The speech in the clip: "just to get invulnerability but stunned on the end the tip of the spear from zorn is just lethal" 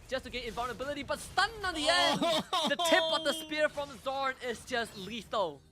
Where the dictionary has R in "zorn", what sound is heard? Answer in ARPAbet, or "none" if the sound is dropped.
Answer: R